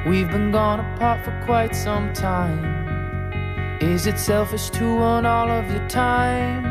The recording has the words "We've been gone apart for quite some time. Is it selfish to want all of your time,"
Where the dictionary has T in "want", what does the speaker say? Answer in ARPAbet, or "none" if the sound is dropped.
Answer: none